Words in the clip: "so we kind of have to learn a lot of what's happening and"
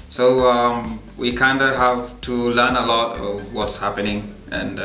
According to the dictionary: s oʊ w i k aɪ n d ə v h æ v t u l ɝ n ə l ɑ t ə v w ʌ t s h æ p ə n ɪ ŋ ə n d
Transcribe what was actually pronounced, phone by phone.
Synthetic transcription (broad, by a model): s oʊ w i k aɪ n d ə h æ v t u l ɝ n ə l ɑ t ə w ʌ t s h æ p ə n ɪ ŋ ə n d